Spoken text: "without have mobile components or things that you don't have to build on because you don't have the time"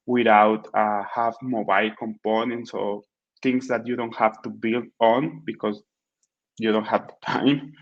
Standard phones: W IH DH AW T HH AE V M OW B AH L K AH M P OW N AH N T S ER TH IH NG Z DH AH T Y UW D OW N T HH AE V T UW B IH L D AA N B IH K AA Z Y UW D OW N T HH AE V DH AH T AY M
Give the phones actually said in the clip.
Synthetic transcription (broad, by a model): W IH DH AW T HH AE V M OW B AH L K AH M P OW N AH N T S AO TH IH NG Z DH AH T Y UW D OW N T HH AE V T UW B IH L D AA N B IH K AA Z Y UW D OW N T HH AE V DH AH T AY M